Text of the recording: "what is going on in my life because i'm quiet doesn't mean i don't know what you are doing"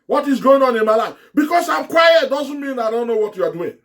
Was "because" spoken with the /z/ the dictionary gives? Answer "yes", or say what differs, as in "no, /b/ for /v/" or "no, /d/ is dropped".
no, /s/ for /z/